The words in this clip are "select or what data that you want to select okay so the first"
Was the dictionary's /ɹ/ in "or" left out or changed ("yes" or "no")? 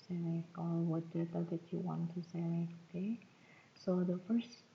yes